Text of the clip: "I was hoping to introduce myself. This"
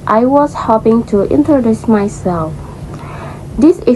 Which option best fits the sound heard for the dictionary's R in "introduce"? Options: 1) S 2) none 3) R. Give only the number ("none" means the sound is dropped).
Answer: 3